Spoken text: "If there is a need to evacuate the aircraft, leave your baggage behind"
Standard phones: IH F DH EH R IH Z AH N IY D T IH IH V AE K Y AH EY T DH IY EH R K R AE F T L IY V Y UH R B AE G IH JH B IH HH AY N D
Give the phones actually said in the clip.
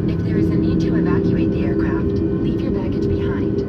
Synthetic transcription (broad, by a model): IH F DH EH R IH Z AH N IY D T IH IH V AE K Y AH EY T DH IY EH R K R AE F T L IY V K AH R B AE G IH Z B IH HH AY N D